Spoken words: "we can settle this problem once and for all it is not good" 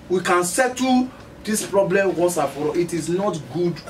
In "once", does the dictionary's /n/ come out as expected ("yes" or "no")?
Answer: no